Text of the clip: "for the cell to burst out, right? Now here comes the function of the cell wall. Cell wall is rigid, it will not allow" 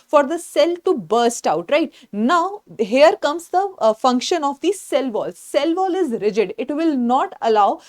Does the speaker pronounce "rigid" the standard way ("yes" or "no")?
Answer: yes